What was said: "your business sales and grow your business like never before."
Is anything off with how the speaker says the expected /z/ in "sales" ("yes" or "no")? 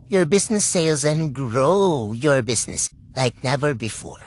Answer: no